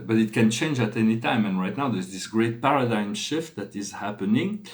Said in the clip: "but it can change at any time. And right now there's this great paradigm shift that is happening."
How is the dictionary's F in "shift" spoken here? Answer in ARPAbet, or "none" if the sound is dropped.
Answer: F